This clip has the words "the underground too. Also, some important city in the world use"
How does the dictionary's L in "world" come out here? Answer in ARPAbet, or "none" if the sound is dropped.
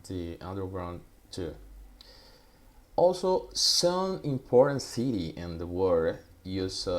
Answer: none